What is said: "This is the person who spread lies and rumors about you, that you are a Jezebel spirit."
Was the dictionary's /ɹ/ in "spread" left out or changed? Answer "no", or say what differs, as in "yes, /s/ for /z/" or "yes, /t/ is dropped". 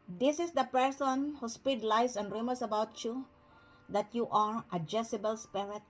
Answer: yes, /ɹ/ is dropped